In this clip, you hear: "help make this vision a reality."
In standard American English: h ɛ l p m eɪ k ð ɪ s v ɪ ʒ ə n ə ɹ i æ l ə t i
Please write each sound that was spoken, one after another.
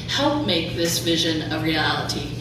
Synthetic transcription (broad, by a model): h ɛ l p m eɪ k ð ɪ s v ɪ ʒ ə n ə ɹ i æ l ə t i